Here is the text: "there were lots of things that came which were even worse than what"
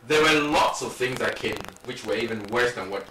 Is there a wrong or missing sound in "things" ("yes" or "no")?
no